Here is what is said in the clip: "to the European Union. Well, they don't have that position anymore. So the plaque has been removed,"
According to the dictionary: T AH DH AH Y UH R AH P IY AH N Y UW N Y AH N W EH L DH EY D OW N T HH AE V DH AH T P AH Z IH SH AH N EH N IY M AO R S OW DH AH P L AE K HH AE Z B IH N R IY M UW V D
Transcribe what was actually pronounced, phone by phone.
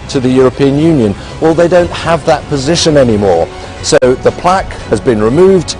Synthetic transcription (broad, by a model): T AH DH AH Y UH R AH P IY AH N Y UW N Y AH N W EH L DH EY D OW N T HH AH V DH AH T P AH Z IH SH AH N EH N IY M AO R S OW DH AH P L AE K HH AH Z B IH N R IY M UW V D